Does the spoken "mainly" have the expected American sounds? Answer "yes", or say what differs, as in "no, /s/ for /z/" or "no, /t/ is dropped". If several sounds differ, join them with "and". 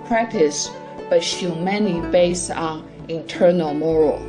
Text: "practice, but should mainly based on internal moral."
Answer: no, /l/ is dropped